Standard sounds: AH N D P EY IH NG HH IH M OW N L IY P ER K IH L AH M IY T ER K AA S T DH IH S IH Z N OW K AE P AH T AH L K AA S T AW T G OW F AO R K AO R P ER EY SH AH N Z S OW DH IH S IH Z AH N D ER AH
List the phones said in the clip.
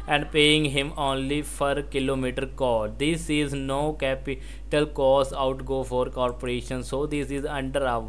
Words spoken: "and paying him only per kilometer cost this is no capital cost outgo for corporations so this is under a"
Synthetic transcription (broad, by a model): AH N D P EY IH NG HH IH M OW N L IY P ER K IH L AH M IY T ER K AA T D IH S IH Z N OW K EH P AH T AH L K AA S AW T G OW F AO R K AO R P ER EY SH AH N S OW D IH S IH Z AH N D ER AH